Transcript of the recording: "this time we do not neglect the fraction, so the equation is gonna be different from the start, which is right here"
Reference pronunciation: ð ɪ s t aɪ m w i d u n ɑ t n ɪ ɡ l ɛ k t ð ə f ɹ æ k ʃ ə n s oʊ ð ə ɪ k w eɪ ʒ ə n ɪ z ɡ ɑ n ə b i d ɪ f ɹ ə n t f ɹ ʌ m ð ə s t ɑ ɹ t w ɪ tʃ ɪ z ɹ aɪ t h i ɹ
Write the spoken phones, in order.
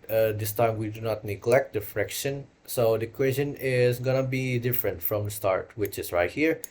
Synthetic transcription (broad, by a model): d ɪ s t aɪ m w i d u n ɑ t n ɪ ɡ l ɛ k t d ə f ɹ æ k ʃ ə n s oʊ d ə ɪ k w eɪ s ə n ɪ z ɡ ɑ n ə b i d ɪ f ɹ ə n t f ɹ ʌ m s t ɑ ɹ t w ɪ tʃ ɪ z ɹ aɪ t h i ɹ